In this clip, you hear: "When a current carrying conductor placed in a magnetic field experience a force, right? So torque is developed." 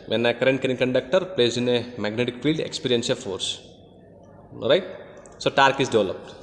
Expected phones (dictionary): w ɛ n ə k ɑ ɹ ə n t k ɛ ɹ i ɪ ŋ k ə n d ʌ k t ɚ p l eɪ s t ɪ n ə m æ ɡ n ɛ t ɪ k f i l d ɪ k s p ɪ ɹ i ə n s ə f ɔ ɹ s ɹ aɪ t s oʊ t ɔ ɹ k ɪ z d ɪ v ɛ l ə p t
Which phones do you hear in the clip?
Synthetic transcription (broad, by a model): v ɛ n ə k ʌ ɹ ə n t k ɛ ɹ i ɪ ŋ k ə n d ʌ k t ɚ p l eɪ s ɪ n ə m æ ɡ n ɛ t ɪ k f i l d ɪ k s p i ɹ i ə n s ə f ɔ ɹ s ɹ aɪ t s oʊ t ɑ ɹ k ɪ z d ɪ v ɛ l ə p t